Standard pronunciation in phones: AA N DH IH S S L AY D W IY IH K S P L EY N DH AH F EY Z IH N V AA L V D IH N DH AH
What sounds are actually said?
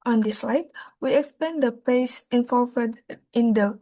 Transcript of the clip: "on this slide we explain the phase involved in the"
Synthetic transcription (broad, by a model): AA N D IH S S L AY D W IY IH K S P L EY N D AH P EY S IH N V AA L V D IH N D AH